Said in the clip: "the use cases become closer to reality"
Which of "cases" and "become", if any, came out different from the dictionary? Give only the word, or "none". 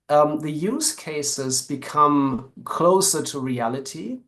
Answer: none